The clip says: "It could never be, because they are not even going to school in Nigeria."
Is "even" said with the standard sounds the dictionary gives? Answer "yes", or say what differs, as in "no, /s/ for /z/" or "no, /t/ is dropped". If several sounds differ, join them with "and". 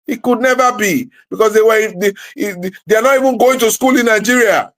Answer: yes